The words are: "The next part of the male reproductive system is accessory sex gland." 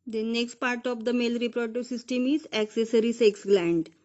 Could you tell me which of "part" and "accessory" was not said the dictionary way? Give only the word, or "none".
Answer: none